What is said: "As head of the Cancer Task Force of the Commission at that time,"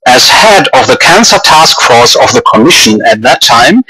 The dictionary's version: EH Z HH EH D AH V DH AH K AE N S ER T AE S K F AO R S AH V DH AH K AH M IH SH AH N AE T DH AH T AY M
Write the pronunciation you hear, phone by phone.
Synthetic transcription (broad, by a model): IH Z HH EH D AH V DH AH K AE N S ER T AE S K F AO R S AH V DH AH K AH M IH SH AH N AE T DH AH T AY M